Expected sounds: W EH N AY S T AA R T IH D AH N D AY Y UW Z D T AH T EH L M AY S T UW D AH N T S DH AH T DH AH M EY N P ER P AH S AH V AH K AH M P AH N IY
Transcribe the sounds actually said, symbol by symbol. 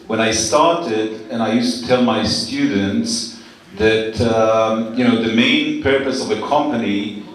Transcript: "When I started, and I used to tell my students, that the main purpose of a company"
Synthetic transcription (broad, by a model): W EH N AY S T AA R T IH D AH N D AY Y UW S T AH T EH L M AY S T UW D N T S DH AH T DH AH M EY N P ER P AH S AH V AH K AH M P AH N IY